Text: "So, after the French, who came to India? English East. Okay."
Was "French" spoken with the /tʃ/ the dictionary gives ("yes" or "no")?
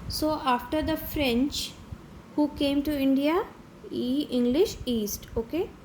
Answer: yes